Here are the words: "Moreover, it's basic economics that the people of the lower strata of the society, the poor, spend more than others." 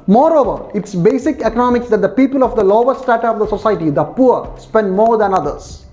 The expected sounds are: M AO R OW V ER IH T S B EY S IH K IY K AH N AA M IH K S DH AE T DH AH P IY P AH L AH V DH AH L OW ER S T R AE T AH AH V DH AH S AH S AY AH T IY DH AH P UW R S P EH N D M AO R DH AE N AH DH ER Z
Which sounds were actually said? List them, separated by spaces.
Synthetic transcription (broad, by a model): M AO R OW V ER IH T S B EY S IH K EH K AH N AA M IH K S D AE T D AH P IY P AH L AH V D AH L OW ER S T AE T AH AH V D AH S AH S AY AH T IY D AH P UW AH S P EH N D M AO R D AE N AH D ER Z